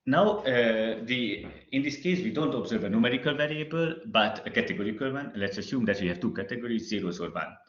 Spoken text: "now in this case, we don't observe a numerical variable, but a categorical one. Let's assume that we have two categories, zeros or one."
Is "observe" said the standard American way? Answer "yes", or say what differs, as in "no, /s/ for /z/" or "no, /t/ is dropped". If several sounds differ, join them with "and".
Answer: yes